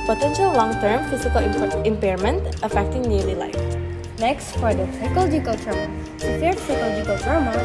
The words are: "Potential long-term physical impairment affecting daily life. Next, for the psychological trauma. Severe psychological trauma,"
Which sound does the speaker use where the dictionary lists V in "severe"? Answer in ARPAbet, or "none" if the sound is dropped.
P